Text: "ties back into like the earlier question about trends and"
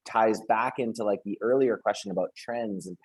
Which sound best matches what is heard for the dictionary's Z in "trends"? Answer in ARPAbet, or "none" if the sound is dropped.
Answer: Z